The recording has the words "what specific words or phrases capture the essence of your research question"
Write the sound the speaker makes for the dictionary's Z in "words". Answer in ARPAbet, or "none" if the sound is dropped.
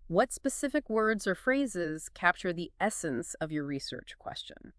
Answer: Z